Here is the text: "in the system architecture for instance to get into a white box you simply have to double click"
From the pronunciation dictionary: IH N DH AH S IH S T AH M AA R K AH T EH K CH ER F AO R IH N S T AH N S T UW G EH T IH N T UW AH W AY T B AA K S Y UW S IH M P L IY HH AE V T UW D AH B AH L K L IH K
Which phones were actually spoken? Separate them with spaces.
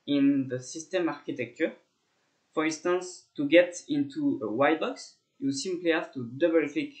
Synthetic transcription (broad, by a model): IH N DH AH S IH S T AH M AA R K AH T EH K CH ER F AO R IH N S T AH N S T UW G EH T IH N T UW AH W AY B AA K S Y UW S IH M P L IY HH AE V T UW D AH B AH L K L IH K